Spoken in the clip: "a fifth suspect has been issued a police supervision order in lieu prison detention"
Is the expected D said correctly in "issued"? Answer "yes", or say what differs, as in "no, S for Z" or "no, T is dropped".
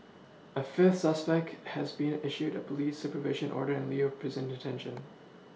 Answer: yes